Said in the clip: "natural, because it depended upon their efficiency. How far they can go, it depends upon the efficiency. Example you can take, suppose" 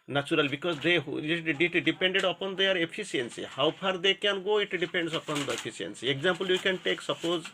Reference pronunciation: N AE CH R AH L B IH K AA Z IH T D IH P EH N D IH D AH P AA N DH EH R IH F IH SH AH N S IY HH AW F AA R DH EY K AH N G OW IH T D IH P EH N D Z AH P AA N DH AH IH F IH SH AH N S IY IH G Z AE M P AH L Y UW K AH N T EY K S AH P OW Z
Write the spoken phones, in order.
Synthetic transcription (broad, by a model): N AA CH R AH L B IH K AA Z IH T D IH P EH N D IH D AH P AA N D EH R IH P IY S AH N S IY HH AW P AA R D EY K AH N G OW IH T D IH P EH N D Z AH P AA N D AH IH P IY S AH N S IY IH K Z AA M P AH L Y UW K AH N T EY K S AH P OW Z